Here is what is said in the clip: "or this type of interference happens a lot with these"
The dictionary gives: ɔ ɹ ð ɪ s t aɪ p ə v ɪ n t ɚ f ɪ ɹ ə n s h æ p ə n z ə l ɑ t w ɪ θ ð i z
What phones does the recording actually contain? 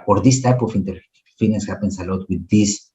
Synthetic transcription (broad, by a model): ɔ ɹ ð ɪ s t aɪ p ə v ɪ n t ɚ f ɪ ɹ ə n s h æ p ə n s ə l ɑ t w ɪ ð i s